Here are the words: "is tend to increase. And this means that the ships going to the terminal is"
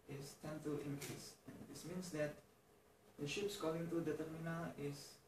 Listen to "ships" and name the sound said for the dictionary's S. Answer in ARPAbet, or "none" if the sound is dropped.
S